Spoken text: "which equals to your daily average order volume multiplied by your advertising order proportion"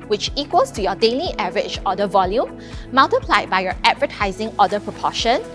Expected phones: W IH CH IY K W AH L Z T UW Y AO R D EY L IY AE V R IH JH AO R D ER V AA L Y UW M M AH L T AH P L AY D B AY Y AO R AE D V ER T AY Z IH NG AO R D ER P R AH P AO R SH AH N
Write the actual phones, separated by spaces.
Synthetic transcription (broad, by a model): W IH CH IY K W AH L S T UW Y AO D EY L IY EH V R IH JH AO D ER V AA L Y UW M M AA L T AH P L AY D B AY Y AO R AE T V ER T AY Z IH NG AO D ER P R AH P AO SH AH N